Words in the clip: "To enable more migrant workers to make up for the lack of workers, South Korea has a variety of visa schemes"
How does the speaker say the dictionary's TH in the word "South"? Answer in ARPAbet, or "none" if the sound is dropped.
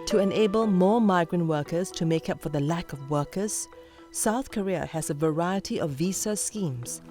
TH